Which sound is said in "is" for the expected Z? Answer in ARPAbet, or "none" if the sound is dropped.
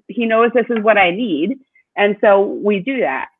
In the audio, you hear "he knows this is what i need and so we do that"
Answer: Z